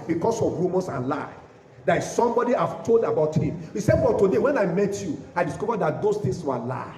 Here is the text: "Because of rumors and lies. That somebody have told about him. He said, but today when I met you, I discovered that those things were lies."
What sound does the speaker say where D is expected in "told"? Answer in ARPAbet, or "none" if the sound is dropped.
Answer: D